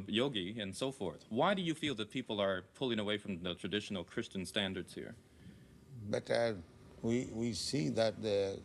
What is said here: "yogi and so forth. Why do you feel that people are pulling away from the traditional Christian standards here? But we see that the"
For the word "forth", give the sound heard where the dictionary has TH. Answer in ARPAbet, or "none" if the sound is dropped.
TH